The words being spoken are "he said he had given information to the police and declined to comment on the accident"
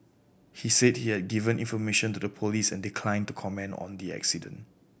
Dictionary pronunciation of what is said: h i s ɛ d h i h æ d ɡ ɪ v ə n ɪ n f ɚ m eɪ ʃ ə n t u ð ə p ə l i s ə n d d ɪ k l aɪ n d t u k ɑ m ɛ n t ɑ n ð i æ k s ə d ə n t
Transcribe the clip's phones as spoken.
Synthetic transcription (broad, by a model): h i s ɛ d h i h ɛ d ɡ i v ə n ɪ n f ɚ m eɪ ʃ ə n t u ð ə p ə l i s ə n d d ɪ k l aɪ n t u k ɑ m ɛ n ɑ n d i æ k s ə d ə n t